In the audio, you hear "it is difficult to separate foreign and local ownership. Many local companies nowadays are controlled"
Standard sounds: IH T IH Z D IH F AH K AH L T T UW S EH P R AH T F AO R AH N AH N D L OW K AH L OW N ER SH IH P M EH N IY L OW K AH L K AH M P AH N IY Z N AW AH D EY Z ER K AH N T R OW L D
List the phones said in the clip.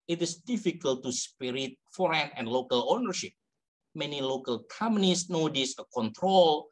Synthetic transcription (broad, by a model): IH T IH S D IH F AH K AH L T T UW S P R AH T F AO R AH N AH N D L OW K AH L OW N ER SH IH P M EH N IY L OW K AH L K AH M AH N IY S N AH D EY S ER K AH N T R OW L